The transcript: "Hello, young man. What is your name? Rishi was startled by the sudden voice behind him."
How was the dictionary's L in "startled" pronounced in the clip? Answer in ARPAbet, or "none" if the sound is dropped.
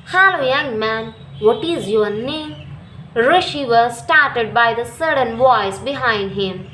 none